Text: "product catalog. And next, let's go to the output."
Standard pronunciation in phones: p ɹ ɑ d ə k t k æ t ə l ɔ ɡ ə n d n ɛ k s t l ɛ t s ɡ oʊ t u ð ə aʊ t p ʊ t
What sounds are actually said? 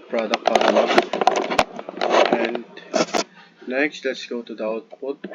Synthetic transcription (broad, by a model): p ɹ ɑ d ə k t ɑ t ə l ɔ ə n d n ɛ k s t l ɛ t s ɡ oʊ t u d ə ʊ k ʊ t